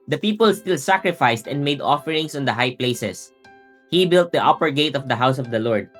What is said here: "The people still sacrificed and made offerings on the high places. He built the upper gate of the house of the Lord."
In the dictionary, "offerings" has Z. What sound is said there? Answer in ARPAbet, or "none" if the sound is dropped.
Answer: S